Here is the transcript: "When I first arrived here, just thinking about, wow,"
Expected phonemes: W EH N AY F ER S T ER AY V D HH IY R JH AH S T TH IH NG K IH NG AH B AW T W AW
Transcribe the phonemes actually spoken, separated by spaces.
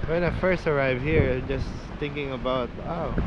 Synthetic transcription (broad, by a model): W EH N AY F ER S T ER AY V HH IY R JH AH S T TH IH NG K IH NG AH B AW T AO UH